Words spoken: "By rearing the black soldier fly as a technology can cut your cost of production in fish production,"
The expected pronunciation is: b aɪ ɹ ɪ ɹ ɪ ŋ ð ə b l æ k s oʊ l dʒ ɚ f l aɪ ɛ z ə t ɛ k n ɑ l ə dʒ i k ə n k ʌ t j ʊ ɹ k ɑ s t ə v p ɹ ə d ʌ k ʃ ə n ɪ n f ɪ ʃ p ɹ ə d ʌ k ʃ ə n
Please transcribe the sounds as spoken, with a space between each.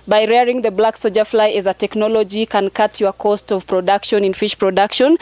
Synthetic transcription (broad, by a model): b aɪ ɹ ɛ ɹ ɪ ŋ ð ə b l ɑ k s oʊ dʒ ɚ f l aɪ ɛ z ə t ɛ k n ɑ l ə dʒ i k ə n k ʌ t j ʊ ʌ k ɑ s t ə v p ɹ ə d ʌ k ʃ ə n ɪ n f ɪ ʃ p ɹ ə d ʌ k ʃ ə n